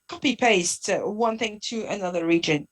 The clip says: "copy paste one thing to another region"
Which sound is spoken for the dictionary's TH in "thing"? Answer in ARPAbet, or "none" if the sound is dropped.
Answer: TH